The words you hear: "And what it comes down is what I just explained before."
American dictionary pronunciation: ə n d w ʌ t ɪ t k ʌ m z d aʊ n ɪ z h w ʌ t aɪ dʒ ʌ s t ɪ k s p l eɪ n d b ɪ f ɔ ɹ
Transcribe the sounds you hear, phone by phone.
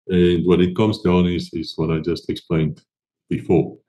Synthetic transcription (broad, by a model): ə n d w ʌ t ɪ t k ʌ m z d aʊ n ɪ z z w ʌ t aɪ dʒ ʌ s t ɪ k s p l eɪ n d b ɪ f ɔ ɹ